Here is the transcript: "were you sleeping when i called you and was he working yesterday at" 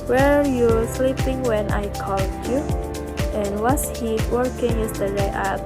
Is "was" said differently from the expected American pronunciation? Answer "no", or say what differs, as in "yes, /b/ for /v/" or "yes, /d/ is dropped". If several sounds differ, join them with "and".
yes, /s/ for /z/